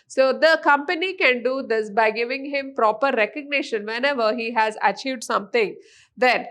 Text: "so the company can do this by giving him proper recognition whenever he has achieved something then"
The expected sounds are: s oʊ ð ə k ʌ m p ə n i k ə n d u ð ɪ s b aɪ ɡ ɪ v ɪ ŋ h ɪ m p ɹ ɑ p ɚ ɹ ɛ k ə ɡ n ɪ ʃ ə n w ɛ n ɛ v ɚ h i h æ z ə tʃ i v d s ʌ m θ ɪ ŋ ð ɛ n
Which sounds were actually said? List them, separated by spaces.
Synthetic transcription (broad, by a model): s oʊ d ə k ʌ m p ə n i k ə n d u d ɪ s b aɪ ɡ ɪ v ɪ ŋ h ɪ m p ɹ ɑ p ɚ ɹ ɛ k ə ɡ n ɪ ʃ ə n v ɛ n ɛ v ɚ h i h æ z ə tʃ i v d s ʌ m t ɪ ŋ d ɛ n